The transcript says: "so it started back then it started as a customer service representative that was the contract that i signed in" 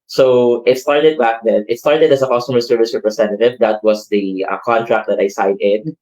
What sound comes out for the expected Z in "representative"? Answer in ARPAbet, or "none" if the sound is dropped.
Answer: S